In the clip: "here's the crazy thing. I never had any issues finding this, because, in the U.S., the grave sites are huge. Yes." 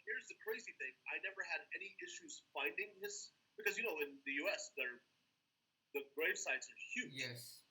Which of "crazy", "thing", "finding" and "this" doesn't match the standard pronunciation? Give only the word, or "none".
none